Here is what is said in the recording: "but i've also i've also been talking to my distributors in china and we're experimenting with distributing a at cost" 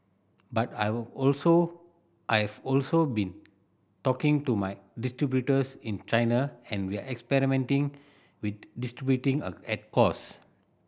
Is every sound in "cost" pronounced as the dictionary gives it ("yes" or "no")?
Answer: no